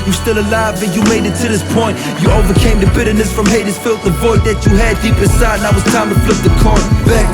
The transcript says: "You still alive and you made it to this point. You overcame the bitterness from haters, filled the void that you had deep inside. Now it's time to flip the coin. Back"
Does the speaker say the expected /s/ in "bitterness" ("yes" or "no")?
yes